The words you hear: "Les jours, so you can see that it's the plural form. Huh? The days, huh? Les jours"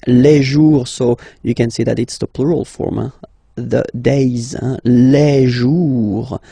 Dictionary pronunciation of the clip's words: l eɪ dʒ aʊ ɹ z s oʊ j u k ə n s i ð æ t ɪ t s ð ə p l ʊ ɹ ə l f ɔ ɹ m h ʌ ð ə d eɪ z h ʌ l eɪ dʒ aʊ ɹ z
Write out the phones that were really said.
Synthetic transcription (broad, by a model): l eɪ ʒ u ɹ s oʊ j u k ə n s i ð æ t ɪ t s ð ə p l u ɹ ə l f ɔ ɹ m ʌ ð ə d eɪ z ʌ l eɪ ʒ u ɹ